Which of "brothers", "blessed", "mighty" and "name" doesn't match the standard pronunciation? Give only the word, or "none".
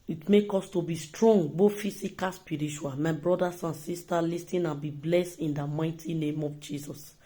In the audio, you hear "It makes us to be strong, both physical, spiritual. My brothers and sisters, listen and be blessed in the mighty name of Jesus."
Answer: brothers